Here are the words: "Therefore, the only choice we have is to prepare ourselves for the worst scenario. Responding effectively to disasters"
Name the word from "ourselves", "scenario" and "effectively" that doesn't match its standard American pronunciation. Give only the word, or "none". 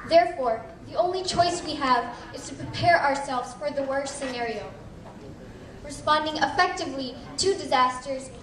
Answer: none